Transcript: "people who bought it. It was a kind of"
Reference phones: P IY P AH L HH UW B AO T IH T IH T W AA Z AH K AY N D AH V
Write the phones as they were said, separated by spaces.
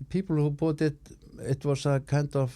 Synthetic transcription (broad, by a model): P IY P L HH UW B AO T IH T IH T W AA S AH K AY N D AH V